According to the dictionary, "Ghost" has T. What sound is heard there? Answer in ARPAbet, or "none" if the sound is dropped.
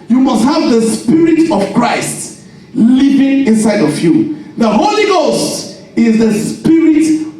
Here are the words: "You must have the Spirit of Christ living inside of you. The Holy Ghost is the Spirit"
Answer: T